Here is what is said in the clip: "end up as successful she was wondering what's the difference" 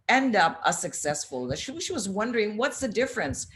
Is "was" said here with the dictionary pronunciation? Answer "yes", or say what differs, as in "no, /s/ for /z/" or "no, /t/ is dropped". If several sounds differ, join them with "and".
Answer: yes